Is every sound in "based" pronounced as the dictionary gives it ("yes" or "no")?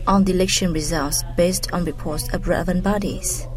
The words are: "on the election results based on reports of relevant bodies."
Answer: yes